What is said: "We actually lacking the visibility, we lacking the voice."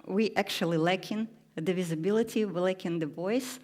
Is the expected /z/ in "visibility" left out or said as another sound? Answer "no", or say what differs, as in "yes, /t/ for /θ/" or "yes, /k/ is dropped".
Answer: no